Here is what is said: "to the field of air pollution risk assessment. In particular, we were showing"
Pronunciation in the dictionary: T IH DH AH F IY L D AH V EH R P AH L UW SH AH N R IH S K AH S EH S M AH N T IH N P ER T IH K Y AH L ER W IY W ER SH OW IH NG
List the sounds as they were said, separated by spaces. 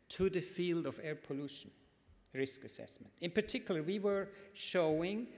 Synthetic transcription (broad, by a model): T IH DH AH F IY L D AH V EH R P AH L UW SH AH N R IH S K AH S EH S M AH N T IH N P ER T IH K Y L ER W IY W ER SH OW IH NG